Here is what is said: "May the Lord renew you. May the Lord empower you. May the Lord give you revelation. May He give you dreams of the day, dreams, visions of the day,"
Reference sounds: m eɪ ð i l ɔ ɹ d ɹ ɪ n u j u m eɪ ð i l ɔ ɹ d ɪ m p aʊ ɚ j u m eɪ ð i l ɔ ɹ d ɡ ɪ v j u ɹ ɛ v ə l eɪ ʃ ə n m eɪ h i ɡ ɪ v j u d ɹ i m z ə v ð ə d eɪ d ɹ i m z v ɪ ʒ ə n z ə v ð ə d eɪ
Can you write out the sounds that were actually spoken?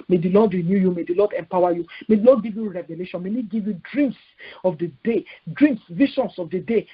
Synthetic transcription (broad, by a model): m eɪ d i l ɔ d ɹ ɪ n u j u m eɪ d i l ɔ d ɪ m p aʊ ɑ j u m eɪ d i l ɔ d ɡ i v j u ɹ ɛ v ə l eɪ ʃ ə n m eɪ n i ɡ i v j u d ɹ i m s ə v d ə d eɪ d ɹ i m s v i ʃ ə n s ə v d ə d eɪ